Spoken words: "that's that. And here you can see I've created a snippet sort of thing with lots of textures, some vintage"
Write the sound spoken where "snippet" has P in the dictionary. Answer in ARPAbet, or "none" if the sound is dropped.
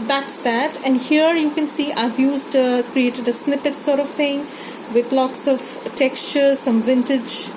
P